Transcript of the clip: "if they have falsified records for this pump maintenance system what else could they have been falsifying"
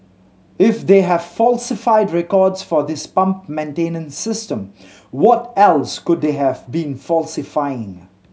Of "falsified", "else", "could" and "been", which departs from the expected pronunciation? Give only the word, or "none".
none